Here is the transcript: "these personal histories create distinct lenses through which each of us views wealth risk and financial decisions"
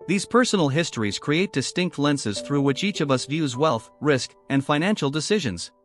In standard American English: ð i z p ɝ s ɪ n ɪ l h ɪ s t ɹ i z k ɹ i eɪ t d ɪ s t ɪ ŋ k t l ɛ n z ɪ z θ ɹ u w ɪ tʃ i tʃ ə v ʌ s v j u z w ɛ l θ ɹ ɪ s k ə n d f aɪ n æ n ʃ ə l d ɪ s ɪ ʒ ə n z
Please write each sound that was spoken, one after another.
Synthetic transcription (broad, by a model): ð i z p ɝ s n l h ɪ s t ɹ i z k ɹ i eɪ t d ɪ s t ɪ ŋ k t l ɛ n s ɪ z θ ɹ u w ɪ tʃ i tʃ ə v ʌ s v j u z w ɛ l θ ɹ ɪ s k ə n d f aɪ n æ n ʃ l d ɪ s ɪ ʒ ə n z